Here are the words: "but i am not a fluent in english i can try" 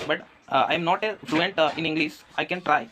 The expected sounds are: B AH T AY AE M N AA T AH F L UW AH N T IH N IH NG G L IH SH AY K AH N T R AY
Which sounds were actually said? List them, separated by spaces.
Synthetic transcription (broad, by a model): B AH T AY M N AA T AH F L UW AH N T IH N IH NG G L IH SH AY K AH N T R AY